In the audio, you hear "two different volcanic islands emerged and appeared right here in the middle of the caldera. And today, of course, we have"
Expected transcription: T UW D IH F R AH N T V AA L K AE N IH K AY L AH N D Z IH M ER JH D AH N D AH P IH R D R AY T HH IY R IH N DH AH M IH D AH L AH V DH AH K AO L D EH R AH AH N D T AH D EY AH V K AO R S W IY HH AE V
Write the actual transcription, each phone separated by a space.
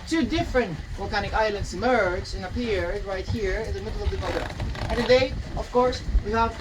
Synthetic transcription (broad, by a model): T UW D IH F R AH N T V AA L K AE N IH K AY L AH N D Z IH M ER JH AH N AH P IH R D R AY T HH IY R IH N DH AH M IH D L AH V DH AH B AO D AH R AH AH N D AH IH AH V K AO R S W IY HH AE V